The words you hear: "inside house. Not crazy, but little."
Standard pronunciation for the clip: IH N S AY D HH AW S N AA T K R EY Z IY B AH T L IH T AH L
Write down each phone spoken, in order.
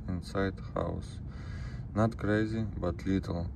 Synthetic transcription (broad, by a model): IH N S AY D HH AW S N AA T K R EY Z IY B AH T L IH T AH L